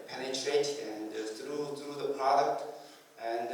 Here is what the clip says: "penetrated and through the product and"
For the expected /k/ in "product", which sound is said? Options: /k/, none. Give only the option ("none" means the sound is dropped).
/k/